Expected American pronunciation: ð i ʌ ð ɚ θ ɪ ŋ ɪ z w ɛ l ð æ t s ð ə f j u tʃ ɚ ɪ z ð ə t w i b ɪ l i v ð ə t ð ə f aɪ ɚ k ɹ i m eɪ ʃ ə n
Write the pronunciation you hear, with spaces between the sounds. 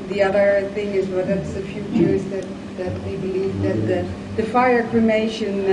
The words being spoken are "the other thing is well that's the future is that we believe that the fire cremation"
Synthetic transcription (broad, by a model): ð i ʌ ð ɚ θ ɪ ŋ ɪ z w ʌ ð æ t s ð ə f j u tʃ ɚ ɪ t ð ə t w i b ɪ l i v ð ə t ð ə f aɪ ɚ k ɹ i m eɪ ʃ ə n